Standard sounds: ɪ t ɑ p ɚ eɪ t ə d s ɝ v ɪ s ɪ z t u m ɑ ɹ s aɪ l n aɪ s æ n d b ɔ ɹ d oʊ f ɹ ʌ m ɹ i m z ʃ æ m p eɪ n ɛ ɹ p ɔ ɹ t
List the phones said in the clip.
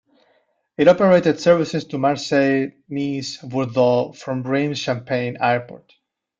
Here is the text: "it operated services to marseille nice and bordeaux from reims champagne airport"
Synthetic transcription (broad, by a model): ɪ t ɑ p ɚ eɪ t ə d s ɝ v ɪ s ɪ s t u m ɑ ɹ s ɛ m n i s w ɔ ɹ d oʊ f ɹ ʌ m ɹ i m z ʃ æ m p eɪ n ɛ ɹ p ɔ ɹ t